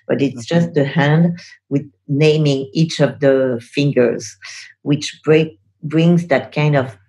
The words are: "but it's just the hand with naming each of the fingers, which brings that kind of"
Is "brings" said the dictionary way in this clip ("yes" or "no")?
yes